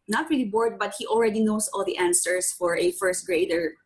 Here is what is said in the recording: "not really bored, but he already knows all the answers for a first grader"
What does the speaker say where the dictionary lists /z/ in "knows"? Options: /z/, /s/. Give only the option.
/s/